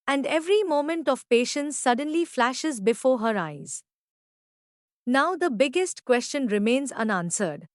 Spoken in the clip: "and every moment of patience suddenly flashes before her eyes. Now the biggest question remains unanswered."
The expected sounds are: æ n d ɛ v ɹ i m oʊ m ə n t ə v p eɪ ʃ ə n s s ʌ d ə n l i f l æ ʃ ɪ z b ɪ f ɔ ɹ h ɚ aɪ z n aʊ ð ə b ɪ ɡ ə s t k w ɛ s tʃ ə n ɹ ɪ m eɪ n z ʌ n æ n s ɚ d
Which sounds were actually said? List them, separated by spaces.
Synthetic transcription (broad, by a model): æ n d ɛ v ɹ i m oʊ m ə n t ə v p eɪ ʃ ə n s s ʌ d ə n l i f l æ ʃ ɪ z b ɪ f ɔ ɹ h ɚ aɪ z n aʊ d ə b ɪ ɡ ə s t k w ɛ s tʃ ə n ɹ ɪ m eɪ n z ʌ n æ n s ɚ d